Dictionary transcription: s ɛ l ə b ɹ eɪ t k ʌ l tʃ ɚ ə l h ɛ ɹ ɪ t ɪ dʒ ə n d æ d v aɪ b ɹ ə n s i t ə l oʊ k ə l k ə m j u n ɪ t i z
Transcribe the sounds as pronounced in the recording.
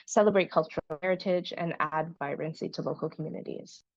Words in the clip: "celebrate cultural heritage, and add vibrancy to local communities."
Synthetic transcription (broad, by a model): s ɛ l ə b ɹ eɪ t k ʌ l tʃ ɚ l h ɛ ɹ ɪ t ɪ dʒ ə n æ d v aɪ ɹ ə n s i t ə l oʊ k l k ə m j u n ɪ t i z